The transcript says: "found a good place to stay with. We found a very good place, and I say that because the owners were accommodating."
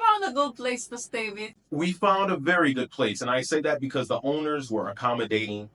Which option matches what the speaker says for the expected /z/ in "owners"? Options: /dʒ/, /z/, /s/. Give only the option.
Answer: /z/